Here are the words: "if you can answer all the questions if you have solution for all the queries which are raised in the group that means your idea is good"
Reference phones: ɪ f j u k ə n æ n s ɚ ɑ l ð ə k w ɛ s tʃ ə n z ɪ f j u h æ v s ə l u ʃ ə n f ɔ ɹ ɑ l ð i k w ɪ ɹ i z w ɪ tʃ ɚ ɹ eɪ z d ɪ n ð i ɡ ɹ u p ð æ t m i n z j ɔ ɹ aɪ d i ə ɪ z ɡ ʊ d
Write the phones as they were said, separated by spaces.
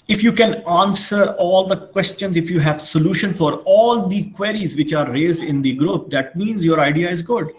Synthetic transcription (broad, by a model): ɪ f j u k ə n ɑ n s ɚ ɑ l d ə k w ɛ s tʃ ə n z ɪ f j u h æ v s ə l u ʃ ə n f ɔ ɹ ɑ l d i k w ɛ ɹ i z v ɪ tʃ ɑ ɹ eɪ z d ɪ n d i ɡ ɹ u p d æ t m i n z j ɔ ɹ aɪ d i ə ɪ z ɡ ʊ d